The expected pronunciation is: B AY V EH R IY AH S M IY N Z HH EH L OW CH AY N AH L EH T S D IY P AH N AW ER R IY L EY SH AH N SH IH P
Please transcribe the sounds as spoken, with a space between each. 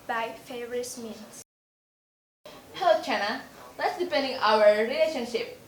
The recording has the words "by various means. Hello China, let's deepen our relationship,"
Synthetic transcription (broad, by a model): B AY F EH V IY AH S M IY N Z HH EH L OW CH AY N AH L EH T S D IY P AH N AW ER R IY L EY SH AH N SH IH P